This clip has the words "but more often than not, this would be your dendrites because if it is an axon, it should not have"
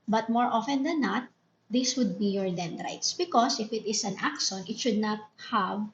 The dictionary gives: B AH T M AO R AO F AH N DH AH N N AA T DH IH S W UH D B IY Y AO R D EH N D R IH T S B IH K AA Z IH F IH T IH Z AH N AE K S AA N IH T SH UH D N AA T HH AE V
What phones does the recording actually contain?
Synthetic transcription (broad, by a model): B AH T M AO R AO F AH N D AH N N AA T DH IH S W UH D B IY Y AO R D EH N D R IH T S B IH K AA S IH F IH T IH S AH N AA K SH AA N IH T SH UH D N AA T HH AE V